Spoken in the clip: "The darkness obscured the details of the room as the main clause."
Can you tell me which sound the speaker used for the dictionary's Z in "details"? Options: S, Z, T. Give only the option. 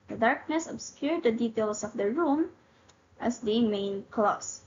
S